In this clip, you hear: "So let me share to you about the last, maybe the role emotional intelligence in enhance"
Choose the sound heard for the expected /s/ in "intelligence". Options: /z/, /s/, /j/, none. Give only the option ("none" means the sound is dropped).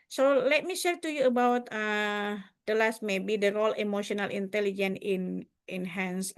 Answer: none